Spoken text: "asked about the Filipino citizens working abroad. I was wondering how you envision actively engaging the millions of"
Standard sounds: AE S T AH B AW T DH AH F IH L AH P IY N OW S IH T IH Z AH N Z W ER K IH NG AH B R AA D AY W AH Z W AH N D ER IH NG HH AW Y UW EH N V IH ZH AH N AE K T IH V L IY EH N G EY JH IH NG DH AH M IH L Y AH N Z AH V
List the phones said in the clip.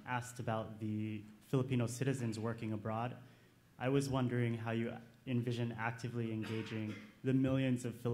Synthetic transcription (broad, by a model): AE S T AH B AW T DH AH F IH L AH P IY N OW S IH T IH Z AH N Z W ER K IH NG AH B R AA D AY W AH Z W AH N D ER IH NG HH AW Y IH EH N V IH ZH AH N AE K T IH V L IY EH N G EY JH IH NG DH AH M IH L Y AH N Z AH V